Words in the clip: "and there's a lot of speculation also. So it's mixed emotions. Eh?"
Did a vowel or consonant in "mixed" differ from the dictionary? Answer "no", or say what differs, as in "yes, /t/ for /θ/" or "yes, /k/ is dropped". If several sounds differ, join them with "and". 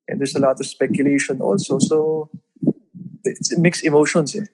yes, /t/ is dropped